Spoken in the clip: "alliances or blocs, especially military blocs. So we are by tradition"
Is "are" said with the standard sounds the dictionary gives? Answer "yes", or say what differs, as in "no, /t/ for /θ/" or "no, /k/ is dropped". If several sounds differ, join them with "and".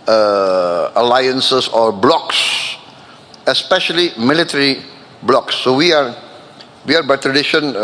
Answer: no, /w/ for /ɹ/